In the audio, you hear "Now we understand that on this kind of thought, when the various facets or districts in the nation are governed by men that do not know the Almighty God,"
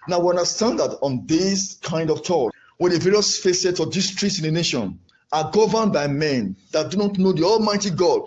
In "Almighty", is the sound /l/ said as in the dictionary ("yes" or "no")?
yes